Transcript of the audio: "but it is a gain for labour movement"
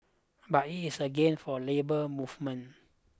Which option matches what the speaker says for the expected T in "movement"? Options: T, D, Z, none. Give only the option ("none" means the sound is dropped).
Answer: none